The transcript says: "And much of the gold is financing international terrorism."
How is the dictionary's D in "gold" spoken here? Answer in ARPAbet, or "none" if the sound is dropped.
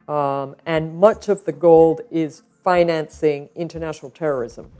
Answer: D